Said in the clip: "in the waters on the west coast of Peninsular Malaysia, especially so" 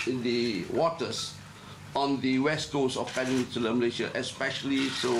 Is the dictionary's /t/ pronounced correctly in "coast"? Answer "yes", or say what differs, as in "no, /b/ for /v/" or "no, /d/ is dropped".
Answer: no, /t/ is dropped